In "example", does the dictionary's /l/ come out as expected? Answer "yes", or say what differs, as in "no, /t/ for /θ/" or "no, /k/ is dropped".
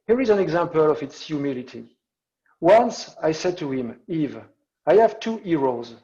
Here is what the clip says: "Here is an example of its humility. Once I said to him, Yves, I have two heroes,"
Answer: yes